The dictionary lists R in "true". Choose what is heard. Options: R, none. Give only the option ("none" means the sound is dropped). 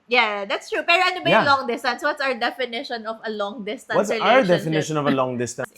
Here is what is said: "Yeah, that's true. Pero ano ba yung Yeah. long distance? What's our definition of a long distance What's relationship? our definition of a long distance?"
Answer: R